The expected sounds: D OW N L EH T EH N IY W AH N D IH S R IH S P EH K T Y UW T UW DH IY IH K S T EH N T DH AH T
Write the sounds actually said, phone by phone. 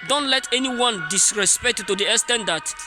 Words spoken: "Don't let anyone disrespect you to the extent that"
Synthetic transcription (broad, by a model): D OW N L EH T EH N IY W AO N D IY S R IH S P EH K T T UW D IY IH S T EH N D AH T